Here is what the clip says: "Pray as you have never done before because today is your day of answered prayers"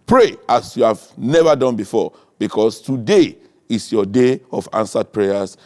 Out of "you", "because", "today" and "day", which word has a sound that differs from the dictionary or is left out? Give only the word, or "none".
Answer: because